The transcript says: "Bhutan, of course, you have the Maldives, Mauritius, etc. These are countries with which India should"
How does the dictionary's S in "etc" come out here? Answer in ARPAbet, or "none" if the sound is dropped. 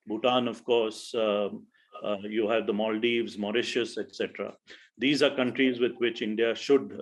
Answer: S